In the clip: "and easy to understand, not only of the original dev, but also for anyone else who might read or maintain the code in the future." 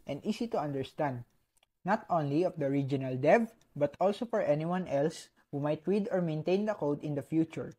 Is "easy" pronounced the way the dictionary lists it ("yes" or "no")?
no